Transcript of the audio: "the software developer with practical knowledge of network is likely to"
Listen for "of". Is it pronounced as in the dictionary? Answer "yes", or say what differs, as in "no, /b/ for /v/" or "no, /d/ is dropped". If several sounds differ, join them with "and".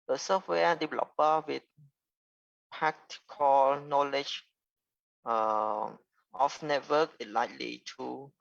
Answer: no, /f/ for /v/